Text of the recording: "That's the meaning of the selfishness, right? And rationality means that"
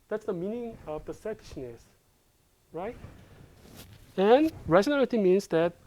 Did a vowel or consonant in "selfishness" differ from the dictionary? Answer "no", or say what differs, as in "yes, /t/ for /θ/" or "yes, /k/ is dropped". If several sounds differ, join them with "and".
yes, /l/ is dropped